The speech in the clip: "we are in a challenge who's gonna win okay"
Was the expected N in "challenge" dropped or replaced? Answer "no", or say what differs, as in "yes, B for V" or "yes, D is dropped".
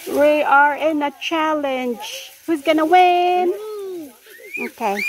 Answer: no